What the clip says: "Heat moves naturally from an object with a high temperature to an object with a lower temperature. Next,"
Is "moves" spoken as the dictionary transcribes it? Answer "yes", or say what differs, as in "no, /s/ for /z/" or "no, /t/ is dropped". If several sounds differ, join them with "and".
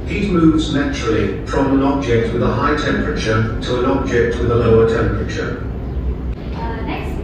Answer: yes